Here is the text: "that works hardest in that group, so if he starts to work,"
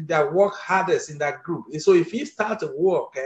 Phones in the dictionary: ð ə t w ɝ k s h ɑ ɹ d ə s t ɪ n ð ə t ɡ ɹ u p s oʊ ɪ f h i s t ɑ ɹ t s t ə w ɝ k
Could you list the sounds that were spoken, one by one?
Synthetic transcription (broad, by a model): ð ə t w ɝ k h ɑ d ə s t ɪ n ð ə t ɡ ɹ u p s oʊ ɪ f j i s t ɑ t t ə w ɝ k